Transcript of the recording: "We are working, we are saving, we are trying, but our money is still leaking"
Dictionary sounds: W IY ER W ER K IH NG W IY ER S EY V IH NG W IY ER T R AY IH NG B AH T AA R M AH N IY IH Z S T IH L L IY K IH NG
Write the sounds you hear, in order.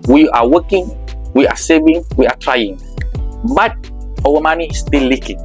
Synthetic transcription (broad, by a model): W IY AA W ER K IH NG W IY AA S EY V IH NG W IY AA T R AY IH NG B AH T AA W M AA N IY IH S T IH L L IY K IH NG